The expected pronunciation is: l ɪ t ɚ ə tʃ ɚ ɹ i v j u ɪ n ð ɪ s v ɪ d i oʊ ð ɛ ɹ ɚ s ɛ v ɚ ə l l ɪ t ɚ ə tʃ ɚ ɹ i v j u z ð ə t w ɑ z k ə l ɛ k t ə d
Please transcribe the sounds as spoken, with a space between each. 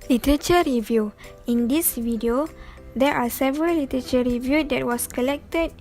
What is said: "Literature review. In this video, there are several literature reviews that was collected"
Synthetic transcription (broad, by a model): l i t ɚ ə tʃ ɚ ɹ i v j u ɪ n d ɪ s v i d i oʊ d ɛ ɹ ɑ s ɛ v ɚ ə l l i t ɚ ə tʃ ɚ ɹ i v j u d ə t w ɑ s k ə l ɛ k t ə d